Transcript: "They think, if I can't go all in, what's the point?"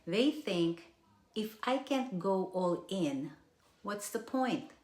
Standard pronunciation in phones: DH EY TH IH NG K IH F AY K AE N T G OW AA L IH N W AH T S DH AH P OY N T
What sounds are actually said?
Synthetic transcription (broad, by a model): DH EY TH IH NG K IH F AY K AE N T G OW AA L IH N W AH T S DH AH P OY N T